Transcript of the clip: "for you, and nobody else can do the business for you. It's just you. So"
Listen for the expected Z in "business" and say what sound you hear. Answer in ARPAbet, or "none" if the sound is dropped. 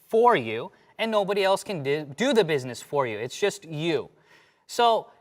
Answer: Z